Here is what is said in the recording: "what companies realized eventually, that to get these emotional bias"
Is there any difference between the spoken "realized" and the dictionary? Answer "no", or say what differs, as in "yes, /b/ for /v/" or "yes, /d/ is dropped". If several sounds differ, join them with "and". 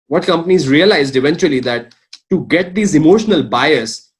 no